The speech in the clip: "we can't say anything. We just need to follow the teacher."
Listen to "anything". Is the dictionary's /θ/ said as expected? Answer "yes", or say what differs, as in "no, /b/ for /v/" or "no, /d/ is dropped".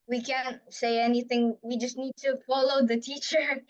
yes